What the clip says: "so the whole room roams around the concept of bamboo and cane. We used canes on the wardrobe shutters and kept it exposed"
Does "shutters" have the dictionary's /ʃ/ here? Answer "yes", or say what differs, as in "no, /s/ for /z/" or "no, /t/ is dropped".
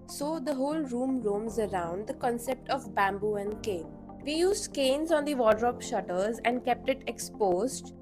yes